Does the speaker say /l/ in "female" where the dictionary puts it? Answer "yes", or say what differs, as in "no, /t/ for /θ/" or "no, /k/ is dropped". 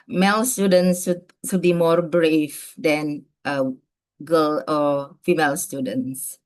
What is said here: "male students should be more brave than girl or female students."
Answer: yes